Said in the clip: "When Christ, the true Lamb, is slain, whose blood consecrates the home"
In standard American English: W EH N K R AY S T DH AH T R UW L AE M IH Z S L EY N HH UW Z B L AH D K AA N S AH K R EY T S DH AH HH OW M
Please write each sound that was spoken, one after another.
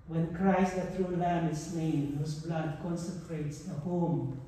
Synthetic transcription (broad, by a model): W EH N K R AY S T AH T R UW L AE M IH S N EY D HH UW S B L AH D K AA N S AH K R EY T S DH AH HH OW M